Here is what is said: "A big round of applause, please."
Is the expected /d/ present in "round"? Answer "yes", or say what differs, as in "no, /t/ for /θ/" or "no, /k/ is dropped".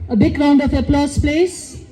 yes